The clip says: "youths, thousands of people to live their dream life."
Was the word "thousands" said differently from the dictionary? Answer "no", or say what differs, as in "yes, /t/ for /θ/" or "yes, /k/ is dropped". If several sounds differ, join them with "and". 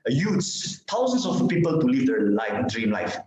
yes, /t/ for /θ/ and /s/ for /z/